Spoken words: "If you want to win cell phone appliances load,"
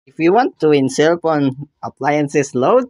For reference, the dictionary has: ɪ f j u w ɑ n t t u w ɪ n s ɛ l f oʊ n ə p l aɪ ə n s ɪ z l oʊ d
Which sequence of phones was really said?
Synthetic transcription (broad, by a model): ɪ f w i w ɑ n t t u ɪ n s ɛ l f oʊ n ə p l aɪ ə n s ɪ s l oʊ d